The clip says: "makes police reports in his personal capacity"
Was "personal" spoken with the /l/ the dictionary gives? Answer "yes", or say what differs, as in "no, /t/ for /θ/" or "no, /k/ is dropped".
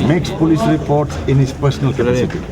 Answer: yes